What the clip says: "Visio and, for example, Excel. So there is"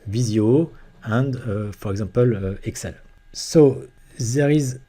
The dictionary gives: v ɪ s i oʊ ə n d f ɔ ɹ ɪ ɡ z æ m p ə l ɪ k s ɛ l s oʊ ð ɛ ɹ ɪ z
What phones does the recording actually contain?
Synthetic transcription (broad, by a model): v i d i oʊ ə n d f ɔ ɹ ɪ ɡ z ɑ p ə l ɪ k s ɛ l s oʊ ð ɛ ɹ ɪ z